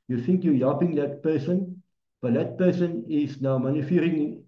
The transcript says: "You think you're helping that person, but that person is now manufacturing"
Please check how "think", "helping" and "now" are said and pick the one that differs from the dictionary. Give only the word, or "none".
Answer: helping